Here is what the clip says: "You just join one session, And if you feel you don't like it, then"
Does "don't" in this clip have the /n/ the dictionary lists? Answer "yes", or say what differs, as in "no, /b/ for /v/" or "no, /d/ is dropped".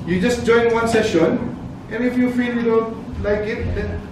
no, /l/ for /n/